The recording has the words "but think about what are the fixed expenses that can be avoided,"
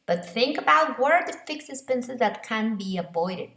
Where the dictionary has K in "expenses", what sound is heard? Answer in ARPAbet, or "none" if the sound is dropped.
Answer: none